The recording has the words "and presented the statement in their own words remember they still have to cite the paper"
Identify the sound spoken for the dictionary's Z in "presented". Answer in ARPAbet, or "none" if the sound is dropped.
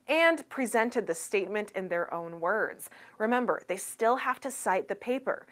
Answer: Z